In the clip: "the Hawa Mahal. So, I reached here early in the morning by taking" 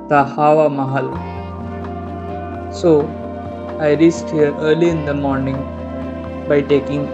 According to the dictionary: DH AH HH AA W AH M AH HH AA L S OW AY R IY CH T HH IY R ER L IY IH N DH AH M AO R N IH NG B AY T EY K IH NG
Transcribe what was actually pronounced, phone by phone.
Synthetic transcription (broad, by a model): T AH HH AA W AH M AH HH AA L S OW AY R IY S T HH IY R ER L IY IH N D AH M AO R N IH NG B AY T EY K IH NG